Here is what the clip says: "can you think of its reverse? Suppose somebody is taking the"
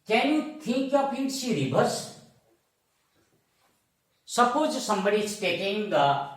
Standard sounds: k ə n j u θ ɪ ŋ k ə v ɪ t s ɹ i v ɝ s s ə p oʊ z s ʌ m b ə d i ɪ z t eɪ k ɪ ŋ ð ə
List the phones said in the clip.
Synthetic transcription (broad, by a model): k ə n j u t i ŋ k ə p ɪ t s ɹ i b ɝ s s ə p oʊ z s ʌ m b ə d i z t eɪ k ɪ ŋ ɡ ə